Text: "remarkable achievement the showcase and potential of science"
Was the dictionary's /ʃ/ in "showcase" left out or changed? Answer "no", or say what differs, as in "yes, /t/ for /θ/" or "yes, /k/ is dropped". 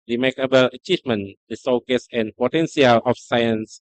yes, /s/ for /ʃ/